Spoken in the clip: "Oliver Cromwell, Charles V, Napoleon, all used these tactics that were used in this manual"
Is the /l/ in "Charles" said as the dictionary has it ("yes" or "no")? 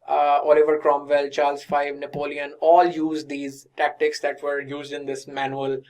yes